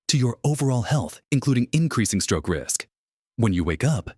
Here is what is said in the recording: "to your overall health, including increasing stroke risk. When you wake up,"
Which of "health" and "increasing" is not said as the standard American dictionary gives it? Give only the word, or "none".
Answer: none